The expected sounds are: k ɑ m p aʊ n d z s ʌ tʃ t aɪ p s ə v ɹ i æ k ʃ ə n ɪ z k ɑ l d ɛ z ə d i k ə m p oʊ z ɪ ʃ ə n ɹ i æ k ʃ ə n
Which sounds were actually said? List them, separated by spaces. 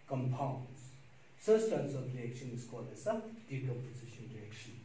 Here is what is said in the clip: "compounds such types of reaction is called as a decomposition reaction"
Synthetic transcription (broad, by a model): k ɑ m p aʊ n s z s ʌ s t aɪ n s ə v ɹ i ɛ k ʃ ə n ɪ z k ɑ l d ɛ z ə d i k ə p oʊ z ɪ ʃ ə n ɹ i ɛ k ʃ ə n